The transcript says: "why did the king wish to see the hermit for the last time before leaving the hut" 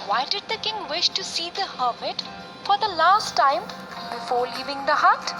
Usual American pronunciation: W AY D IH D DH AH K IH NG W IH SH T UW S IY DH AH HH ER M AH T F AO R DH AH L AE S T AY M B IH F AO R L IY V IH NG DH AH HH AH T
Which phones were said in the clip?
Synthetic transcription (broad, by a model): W AY D IH D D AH K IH NG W IH SH T UW S IY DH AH HH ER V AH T F AO R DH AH L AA S T AY M B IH F AO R L IY V IH NG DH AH HH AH T